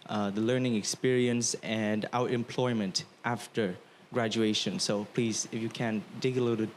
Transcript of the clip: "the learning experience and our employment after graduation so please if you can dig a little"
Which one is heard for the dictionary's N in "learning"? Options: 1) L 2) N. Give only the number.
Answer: 2